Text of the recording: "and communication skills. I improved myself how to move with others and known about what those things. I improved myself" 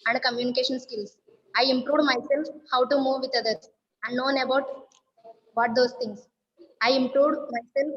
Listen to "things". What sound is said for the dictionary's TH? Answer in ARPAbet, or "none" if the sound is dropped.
T